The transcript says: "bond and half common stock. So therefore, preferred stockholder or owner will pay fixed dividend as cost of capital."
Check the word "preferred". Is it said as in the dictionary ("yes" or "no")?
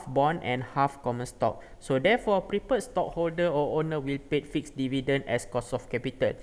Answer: no